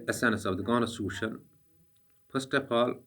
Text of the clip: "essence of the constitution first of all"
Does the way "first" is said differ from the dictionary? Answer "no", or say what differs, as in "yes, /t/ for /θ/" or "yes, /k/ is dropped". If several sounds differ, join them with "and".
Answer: yes, /p/ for /f/